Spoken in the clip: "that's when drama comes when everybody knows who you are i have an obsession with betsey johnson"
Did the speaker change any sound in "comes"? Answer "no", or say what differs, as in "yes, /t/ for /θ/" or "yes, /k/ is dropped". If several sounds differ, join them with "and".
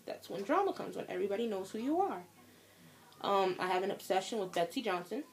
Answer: no